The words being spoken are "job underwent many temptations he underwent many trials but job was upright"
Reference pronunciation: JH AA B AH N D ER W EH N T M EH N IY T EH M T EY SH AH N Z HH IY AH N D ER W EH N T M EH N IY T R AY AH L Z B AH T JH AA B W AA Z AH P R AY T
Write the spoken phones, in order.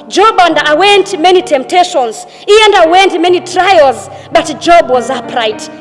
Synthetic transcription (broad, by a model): JH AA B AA N D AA W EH N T M EH N IY T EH M T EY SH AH N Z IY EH N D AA W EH N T M EH N IY T R AY AH L Z B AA T JH AA B W AA Z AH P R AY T